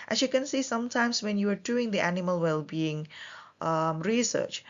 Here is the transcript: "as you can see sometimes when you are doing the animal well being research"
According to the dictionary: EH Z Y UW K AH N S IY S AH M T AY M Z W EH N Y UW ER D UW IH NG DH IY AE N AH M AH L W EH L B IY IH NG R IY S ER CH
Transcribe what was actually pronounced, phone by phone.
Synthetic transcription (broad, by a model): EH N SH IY K AH N S IY S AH M T AY M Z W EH N Y UW ER D UW IH NG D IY AE N AH M AH L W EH L B IY IH NG R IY S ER CH